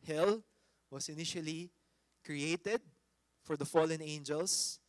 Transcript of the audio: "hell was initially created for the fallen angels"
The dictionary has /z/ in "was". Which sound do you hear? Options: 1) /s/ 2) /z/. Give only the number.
1